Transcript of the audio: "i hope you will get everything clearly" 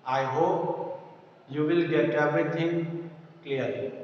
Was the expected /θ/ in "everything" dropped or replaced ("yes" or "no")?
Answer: yes